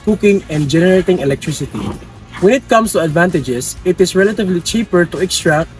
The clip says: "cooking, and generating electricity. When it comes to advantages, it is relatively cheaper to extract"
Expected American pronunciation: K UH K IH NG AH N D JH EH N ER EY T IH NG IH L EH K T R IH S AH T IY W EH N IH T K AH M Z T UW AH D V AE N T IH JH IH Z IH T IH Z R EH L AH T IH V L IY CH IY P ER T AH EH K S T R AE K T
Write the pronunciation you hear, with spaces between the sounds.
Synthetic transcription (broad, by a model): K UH K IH NG AH N D JH EH N ER EY T IH NG IH L EH K T R IH S AH T IY W EH N IH T K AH M S T UW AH D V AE N T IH JH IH S IH T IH S R EH L AH T IH V L IY CH IY P ER T AH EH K S T R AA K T